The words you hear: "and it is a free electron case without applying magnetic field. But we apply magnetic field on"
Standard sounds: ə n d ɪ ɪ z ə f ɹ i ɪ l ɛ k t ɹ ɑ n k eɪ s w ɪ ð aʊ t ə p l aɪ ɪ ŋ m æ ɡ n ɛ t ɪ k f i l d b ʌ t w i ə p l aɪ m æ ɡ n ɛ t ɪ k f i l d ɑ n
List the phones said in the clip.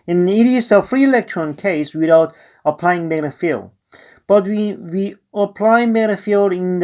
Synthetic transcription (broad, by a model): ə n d ɪ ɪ s ə f ɹ i ɪ l ɛ k t ɹ ɑ n k eɪ s w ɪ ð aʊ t ə p l aɪ ɪ ŋ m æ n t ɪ f i l d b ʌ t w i ə p l aɪ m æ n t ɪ f i l d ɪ n